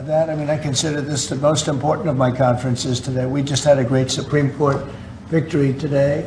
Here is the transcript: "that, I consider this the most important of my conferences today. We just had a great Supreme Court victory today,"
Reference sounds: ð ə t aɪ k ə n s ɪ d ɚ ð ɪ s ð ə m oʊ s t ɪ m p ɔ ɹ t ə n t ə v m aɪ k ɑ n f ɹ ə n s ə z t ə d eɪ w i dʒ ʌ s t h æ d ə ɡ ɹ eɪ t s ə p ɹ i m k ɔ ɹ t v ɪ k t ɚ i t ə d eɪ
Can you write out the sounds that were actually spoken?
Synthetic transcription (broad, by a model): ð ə t aɪ k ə n s ɪ d ɚ ð ɪ s ð ə m oʊ s t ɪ m p ɔ ɹ t n t ə v m aɪ k ɑ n f ɹ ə n s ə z t ə d eɪ w i dʒ ʌ s t h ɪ d ə ɡ ɹ eɪ t s ə p ɹ i m k ɔ ɹ t v ɪ k t ɚ i t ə d eɪ